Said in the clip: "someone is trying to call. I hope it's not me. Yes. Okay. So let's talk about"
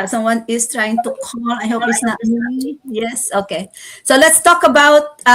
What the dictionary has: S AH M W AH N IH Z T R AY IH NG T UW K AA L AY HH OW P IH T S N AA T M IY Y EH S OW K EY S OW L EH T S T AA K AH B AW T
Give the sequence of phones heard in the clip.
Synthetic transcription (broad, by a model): S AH M W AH N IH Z T R AY IH NG T UW K AA L AY HH OW P IH T S N AA T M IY Y EH S OW K EY S OW L EH T S T AA K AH B AW T